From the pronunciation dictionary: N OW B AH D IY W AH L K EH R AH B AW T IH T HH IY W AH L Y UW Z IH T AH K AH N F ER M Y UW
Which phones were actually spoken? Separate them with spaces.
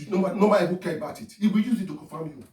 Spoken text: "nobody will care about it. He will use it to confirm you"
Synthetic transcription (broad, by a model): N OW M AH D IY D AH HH K EH R AH B AW T IH T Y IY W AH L Y UW Z IH T AH K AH F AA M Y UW